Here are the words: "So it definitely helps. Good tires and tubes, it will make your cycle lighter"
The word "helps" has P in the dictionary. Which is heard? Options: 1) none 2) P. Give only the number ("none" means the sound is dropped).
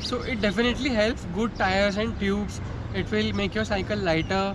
2